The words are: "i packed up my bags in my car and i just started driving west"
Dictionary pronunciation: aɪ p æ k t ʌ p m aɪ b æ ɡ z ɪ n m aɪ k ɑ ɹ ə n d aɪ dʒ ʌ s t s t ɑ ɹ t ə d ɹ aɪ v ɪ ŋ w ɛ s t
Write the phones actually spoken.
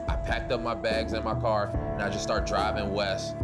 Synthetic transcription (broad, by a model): aɪ p æ k t ʌ p m aɪ b æ ɡ z ɪ n m aɪ k ɑ ɹ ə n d aɪ dʒ ʌ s s t ɑ ɹ t d ɹ aɪ v ɪ ŋ w ɛ s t